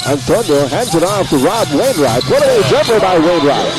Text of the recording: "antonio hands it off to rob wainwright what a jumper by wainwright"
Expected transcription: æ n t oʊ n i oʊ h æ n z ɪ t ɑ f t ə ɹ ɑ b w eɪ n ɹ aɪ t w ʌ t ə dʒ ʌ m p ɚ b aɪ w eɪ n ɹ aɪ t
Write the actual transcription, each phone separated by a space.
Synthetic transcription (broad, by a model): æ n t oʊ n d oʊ h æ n s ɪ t ɑ f t ə ɹ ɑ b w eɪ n ɹ aɪ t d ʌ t ə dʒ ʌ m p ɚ b aɪ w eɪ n ɹ aɪ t